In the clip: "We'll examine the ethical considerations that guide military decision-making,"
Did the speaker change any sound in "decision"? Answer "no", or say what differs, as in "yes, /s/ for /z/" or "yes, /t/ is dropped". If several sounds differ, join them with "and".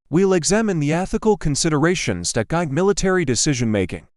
no